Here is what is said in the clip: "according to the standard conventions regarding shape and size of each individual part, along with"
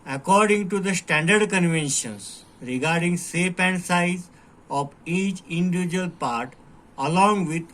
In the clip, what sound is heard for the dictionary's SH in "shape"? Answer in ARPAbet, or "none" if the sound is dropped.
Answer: S